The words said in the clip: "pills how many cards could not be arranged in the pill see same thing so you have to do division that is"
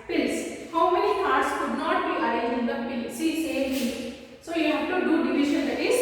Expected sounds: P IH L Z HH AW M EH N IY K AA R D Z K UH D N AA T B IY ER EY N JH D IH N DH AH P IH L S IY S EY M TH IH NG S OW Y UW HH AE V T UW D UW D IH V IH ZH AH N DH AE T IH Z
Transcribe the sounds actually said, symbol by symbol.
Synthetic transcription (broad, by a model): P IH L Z HH AW M EH N IY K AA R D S K UH D N AA T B IY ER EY JH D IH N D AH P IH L S IY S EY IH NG S OW Y UW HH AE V T UW D UW D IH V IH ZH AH N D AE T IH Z